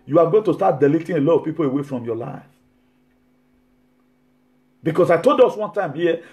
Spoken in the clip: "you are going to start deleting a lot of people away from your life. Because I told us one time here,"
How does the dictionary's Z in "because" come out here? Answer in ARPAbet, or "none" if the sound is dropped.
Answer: S